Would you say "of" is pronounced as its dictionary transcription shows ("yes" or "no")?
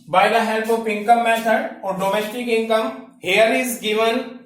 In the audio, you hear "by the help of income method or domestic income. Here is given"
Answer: no